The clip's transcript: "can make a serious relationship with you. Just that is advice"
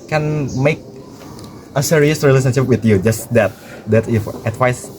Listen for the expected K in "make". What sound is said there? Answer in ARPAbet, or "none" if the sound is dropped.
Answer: K